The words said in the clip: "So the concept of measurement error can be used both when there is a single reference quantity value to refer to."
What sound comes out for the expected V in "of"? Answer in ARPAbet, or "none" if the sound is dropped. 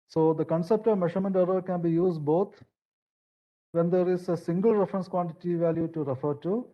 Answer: V